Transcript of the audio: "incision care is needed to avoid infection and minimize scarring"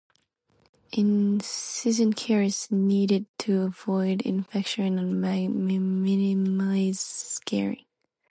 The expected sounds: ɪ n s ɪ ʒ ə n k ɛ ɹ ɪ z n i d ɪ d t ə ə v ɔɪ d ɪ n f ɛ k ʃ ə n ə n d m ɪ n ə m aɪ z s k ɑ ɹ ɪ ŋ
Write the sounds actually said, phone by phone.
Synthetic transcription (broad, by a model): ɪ n s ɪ z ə n k ɛ ɹ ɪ s n i d ɪ d t ə ə v ɔɪ d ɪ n f ɛ k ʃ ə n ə n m m ɪ n ə m aɪ z s k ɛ ɹ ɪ